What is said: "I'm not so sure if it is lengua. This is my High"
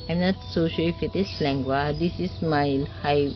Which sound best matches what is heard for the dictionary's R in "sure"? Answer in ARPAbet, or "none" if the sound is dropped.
L